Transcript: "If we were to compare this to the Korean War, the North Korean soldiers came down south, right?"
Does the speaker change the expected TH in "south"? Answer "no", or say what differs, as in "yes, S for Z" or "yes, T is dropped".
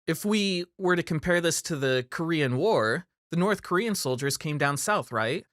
no